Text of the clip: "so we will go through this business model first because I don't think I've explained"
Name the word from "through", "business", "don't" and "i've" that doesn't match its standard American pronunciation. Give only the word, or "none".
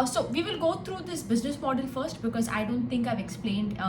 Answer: through